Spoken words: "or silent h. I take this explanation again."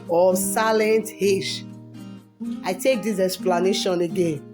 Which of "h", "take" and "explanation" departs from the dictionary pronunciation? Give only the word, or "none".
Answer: h